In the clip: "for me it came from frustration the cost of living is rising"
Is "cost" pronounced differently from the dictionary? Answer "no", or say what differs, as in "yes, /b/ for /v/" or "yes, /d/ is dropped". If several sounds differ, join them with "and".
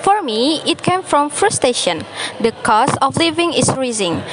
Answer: yes, /t/ is dropped